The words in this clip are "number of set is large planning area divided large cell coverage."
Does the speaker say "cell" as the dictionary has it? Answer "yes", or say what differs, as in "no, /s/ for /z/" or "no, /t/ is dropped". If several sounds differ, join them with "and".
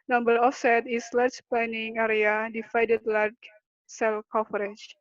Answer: yes